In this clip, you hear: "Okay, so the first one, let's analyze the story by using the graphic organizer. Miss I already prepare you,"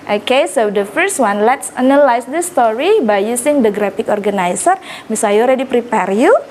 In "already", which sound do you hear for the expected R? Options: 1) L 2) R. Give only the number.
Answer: 2